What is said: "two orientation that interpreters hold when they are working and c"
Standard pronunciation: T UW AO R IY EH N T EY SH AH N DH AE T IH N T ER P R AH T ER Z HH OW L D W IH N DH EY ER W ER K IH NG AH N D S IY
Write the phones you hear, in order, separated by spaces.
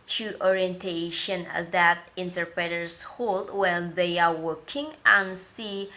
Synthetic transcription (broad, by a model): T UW AO R IY EH N T EY SH AH N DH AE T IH N T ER P R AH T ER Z HH OW L D W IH L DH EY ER W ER K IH NG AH N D S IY